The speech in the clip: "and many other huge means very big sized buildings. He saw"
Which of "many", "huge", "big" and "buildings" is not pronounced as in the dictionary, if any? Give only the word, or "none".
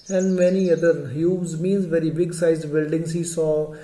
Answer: huge